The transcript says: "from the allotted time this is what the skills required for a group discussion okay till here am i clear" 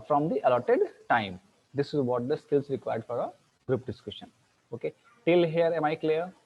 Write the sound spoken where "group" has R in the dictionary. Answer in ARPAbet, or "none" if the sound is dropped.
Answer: R